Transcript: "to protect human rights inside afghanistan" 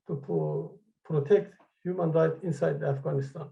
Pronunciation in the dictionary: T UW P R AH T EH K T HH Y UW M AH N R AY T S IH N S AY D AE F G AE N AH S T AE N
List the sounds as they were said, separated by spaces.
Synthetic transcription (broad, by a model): T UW P R AH T EH K T HH Y UW M AH N R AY T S IH N S AY D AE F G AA N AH S T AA N